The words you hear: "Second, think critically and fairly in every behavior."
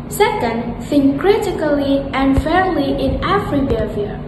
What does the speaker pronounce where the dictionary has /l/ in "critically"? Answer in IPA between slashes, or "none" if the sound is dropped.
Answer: /l/